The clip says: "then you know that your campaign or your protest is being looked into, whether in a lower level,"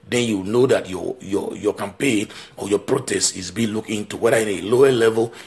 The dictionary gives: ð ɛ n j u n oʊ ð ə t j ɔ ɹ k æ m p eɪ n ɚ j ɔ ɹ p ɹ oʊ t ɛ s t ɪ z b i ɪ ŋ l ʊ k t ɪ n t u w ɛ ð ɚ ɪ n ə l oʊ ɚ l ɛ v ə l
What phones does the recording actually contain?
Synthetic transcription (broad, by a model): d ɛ n j u n oʊ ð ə t j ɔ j k æ m p eɪ n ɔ j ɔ p ɹ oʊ t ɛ s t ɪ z b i l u k ɪ n t u w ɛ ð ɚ ɪ n ə l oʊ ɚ l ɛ v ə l